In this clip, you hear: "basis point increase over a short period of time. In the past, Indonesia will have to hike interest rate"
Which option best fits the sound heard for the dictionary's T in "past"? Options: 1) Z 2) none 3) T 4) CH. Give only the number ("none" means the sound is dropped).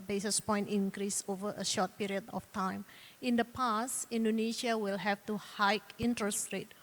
2